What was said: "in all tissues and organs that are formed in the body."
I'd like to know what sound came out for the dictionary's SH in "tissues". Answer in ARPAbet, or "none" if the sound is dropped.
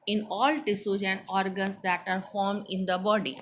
S